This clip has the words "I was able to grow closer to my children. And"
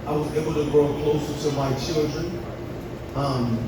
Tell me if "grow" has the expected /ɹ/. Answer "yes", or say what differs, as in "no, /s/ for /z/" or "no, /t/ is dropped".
yes